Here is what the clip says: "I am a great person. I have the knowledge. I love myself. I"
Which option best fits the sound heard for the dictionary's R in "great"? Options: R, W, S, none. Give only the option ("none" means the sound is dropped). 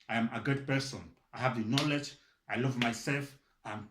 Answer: none